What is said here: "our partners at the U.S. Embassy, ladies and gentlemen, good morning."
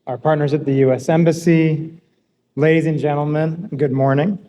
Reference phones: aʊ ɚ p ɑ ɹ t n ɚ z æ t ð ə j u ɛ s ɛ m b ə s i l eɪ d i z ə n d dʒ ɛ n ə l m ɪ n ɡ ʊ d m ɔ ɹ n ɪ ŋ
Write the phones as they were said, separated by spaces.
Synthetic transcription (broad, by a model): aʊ ɚ p ɑ ɹ t n ɚ z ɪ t ð ə j u ɛ s ɛ m b ə s i l eɪ d i z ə n dʒ ɛ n l m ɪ n ɡ ʊ d m ɔ ɹ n ɪ ŋ